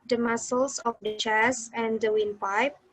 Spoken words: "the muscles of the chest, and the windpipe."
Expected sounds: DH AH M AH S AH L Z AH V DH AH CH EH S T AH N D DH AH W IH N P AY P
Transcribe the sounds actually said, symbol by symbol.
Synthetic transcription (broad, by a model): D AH M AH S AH L S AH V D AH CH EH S AH N D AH W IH N P AY P